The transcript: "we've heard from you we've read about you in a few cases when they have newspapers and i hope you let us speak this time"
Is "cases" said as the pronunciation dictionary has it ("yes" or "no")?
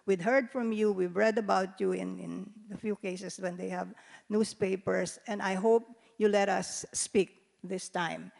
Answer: no